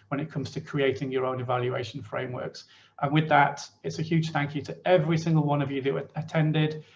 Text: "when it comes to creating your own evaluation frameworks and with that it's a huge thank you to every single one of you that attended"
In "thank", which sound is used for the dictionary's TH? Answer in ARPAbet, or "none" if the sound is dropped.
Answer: TH